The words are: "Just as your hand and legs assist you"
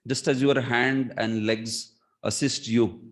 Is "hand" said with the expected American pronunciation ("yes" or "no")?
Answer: yes